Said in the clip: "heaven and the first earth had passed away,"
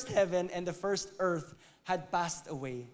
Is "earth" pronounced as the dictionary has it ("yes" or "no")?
yes